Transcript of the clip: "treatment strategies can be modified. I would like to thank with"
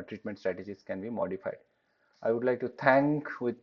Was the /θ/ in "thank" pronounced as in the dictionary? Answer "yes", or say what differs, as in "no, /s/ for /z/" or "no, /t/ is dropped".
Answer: no, /t/ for /θ/